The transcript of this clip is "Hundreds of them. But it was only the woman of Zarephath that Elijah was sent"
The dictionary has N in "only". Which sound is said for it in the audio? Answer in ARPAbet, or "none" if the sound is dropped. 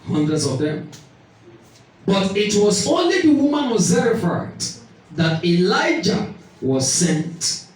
N